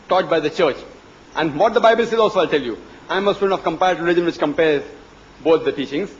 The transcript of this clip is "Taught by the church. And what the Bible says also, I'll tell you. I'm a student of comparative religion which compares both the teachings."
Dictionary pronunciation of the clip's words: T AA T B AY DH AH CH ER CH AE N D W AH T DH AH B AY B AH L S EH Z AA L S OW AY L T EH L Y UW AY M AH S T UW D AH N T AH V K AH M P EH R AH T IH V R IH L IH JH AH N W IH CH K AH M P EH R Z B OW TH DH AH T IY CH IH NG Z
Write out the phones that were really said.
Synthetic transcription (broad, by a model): T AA T B AY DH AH CH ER CH AE N D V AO T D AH B AY B AH L S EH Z AA L S OW AY L T EH L Y UW AY M AH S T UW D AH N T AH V K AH M P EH AH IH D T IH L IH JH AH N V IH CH K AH M P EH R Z B OW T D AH T IY CH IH NG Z